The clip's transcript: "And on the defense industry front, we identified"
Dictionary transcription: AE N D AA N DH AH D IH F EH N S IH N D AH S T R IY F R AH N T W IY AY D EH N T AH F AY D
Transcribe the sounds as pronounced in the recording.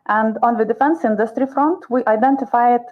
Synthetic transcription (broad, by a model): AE N D AA N DH AH D IH F EH N S IH N D AH S T R IY F R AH N T W IY AY D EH N T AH F AY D